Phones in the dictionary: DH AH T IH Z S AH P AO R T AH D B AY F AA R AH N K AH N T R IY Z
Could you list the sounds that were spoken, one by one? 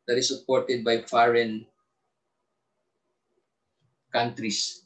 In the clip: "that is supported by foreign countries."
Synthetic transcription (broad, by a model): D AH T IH S AH P AO R T AH D B AY F AA R AH N K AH N T R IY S